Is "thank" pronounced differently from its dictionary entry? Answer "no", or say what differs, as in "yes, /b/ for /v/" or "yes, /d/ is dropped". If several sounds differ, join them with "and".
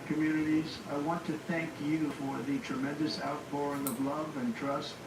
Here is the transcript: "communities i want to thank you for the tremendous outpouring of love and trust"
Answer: no